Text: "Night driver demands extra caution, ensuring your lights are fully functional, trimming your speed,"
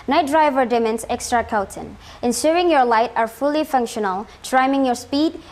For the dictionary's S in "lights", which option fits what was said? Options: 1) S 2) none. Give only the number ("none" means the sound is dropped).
2